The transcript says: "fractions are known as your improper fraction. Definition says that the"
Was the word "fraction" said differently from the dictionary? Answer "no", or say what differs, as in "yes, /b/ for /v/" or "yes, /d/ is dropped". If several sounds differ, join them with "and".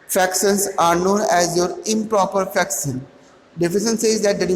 yes, /ɹ/ is dropped